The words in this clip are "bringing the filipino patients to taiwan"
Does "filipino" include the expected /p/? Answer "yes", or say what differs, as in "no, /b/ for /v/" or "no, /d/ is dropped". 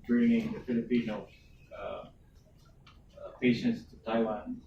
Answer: yes